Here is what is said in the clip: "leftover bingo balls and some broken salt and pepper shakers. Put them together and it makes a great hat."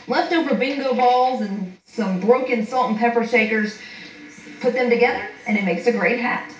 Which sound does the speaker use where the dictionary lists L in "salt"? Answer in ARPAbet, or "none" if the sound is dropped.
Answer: L